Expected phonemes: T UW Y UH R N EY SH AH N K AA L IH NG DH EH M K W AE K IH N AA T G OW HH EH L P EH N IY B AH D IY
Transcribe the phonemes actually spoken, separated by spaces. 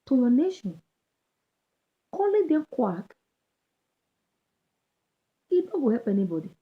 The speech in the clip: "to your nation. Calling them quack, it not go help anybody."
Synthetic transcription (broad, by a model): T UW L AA N EY SH AH N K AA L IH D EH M K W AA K IH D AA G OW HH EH P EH N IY B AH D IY